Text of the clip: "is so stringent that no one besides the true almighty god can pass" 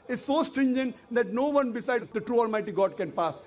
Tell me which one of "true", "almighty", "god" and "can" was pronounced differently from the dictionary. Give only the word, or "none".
none